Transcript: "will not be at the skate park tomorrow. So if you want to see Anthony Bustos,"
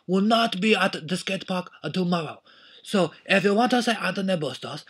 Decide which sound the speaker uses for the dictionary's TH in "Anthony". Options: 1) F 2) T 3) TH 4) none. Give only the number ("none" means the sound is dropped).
2